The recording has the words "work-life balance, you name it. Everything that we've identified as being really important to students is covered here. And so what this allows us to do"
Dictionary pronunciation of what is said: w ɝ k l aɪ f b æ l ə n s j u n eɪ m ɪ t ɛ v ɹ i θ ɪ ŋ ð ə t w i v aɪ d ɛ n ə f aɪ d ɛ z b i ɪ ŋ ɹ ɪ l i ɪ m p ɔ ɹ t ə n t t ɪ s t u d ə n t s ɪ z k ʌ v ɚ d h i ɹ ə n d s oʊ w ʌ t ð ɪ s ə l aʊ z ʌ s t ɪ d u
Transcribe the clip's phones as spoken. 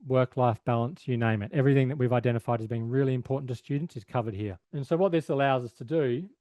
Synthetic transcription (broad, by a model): w ɝ k l aɪ f b æ l ə n s j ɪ n eɪ m ɪ t ɛ v ɹ i θ ɪ ŋ ð ə t w i v aɪ d ɛ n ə f aɪ d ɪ z b i ɪ ŋ ɹ ɪ l i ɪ m p ɔ ɹ t n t t ɪ s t u d n t s ɪ z k ʌ v ɚ d h i ɹ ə n s oʊ w ʌ t ð ɪ s ə l aʊ z ʌ s t ɪ d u